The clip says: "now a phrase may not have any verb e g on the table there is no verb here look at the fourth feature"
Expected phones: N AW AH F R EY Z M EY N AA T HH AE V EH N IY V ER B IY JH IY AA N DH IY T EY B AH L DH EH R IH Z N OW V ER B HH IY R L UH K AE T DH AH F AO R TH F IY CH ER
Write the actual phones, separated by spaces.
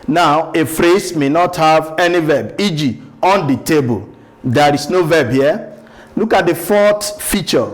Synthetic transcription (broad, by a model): N AW AH F R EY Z M EY N AA T HH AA V EH N IY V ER B IY JH IY AA N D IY T EY B AH L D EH R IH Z N OW V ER B HH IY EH L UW K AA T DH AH F AO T F IY CH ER